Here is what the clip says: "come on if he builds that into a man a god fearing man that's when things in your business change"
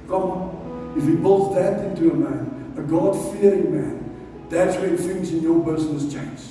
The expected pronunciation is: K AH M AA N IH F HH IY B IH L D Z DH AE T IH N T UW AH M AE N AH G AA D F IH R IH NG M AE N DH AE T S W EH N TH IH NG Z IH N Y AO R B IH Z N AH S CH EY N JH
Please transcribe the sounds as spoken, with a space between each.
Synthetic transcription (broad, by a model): K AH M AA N IH F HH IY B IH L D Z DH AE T IH N T UW AH M AE N AH G AA D F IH R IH NG M AE N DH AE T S W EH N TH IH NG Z IH N Y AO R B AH S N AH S CH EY N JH